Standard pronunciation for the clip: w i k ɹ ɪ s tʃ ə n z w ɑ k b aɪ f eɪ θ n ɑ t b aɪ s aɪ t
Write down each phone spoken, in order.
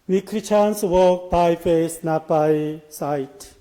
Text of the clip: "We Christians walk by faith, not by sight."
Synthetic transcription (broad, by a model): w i k ɹ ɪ tʃ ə n s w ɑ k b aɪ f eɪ s n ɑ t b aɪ s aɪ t